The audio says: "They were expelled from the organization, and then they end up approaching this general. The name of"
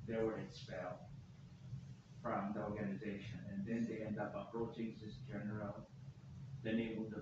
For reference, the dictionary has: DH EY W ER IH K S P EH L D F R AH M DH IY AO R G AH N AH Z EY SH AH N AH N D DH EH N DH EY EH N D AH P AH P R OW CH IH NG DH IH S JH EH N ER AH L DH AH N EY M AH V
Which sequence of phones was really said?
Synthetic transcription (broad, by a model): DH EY W ER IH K S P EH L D F R AH M DH IY AO R G AH N AH Z EY SH AH N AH N DH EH N DH EY EH N D AH P AH P R OW CH IH NG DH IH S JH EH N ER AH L DH AH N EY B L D